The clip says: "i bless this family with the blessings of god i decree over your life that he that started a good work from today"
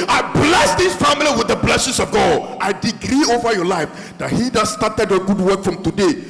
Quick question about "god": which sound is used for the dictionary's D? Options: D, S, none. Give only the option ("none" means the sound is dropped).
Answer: D